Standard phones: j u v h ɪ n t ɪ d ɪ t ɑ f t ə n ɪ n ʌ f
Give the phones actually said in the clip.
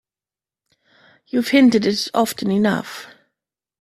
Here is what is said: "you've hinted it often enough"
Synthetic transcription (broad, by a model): j u v h ɪ n t ɪ d ɪ t ɑ f t ə n ɪ n ʌ f